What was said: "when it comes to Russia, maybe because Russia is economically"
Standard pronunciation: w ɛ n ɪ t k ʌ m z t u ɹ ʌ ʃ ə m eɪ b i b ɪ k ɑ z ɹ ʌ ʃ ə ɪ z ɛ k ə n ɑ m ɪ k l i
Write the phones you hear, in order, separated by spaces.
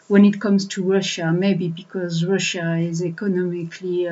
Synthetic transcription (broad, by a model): w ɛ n ɪ t k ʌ m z t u ɹ ʌ ʃ ə m eɪ b i b ɪ k ɑ z ɹ ʌ ʃ ə ɪ z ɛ k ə n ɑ m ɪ k l i